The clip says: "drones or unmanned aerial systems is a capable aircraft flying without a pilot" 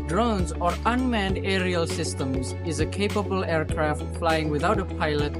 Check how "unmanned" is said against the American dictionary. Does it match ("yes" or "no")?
yes